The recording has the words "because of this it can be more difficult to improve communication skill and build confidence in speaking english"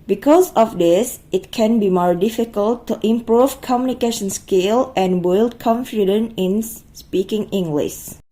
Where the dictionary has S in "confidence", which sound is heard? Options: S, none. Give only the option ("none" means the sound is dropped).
none